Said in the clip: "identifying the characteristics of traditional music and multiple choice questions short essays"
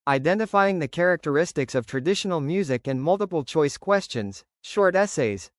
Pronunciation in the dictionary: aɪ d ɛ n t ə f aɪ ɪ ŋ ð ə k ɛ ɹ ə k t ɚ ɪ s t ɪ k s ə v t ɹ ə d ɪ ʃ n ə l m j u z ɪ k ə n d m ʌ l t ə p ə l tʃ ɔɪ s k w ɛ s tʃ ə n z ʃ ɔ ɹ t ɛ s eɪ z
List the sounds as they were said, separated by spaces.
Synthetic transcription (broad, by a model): aɪ d ɛ n t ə f aɪ ɪ ŋ ð ə k ɛ ɹ ə k t ɚ ɪ s t ɪ k s ə v t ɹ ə d ɪ ʃ n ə l m j u z ɪ k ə n m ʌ l t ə p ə l tʃ ɔɪ s k w ɛ s tʃ ə n z ʃ ɔ ɹ t ɛ s eɪ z